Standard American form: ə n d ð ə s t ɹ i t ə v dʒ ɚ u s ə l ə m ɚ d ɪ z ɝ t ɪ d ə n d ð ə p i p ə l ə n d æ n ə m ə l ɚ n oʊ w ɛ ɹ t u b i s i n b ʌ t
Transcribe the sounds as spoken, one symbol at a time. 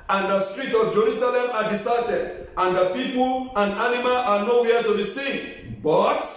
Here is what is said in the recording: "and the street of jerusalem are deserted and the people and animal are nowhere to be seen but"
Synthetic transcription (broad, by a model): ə n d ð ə s t ɹ i t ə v dʒ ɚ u s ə l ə m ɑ d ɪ s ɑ t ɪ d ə n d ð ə p i p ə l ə n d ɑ n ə m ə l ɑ n oʊ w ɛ t u b i s i n b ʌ t